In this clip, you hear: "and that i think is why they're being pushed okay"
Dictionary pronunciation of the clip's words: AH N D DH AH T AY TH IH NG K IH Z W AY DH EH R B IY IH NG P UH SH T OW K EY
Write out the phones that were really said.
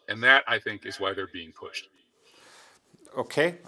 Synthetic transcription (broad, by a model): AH N DH AH T AY TH IH NG K IH Z W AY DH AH R B IY IH NG P UH SH T OW K EY